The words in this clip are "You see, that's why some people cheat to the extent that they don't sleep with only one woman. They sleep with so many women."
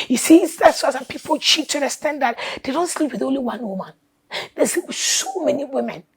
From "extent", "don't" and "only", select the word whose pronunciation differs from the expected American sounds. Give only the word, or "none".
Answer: extent